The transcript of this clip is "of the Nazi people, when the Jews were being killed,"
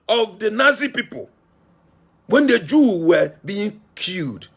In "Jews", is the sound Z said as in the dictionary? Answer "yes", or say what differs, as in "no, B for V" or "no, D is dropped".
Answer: no, Z is dropped